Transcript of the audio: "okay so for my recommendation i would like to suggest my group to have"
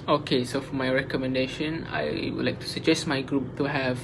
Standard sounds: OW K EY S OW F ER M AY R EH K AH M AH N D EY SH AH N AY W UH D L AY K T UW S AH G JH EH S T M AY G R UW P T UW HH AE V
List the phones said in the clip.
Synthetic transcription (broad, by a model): OW K EY S OW F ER M AY R EH K AH M AH N D EY SH AH N AY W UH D L AY K T UW S AH G JH EH S T M AY G R UW P T UW HH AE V